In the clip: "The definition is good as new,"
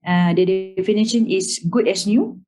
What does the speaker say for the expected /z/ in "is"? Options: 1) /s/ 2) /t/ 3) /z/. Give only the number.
1